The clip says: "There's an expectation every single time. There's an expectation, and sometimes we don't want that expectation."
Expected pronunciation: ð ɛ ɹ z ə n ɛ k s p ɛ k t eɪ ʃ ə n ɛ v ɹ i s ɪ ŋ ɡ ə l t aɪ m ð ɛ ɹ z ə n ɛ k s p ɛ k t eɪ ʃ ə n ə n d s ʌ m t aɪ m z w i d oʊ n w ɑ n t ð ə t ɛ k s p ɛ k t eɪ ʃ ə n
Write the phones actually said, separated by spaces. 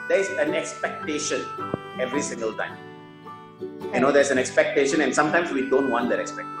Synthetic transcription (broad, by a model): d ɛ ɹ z ə n ɛ k s p ɛ k t eɪ ʃ ə n ɛ v ɹ i s ɪ ŋ ɡ ə l t aɪ m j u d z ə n ɛ k s p ɛ k t eɪ ʃ ə n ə n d s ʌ m t aɪ m s w i d oʊ n w ɑ n t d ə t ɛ k s p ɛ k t